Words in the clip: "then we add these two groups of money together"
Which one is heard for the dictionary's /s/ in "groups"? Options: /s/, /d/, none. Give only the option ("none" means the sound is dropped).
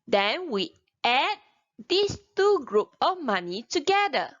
none